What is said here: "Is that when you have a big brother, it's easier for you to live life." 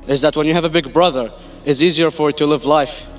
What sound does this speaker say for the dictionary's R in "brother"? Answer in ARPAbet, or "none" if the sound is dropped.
R